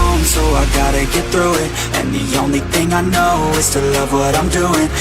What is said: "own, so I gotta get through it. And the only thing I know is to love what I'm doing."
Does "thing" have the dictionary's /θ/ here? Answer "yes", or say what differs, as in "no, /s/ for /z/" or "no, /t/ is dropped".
yes